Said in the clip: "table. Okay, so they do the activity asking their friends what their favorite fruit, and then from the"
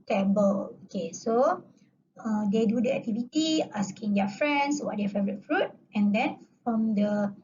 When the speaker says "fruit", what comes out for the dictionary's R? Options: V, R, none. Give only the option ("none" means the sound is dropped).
R